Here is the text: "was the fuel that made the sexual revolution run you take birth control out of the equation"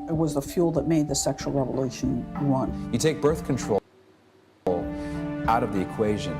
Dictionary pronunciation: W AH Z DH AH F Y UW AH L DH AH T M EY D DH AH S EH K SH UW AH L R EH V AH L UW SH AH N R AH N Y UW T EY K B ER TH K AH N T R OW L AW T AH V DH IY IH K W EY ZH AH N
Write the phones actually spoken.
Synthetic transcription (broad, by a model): W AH Z DH AH F Y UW L DH AH T M EY D DH AH S EH K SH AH L R EH V AH L UW SH AH N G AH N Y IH T EY K B ER TH K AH N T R OW L AW T AH V DH IY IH K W EY ZH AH N